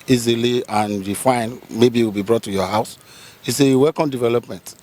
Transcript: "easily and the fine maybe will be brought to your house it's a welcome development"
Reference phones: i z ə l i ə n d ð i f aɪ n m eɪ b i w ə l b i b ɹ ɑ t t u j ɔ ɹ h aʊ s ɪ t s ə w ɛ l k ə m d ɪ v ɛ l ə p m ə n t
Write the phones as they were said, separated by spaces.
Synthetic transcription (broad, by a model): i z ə l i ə n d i f aɪ n m eɪ b i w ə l b i b ɹ ɑ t t u j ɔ h aʊ s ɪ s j ə w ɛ k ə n d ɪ v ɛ l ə p m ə n t